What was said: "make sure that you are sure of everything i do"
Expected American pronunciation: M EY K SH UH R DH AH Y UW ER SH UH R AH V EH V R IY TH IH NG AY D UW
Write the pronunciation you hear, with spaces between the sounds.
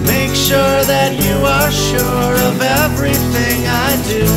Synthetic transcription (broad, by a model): M EY K SH UH R DH AH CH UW ER SH UH R AH V EH V R IY TH IH NG AY D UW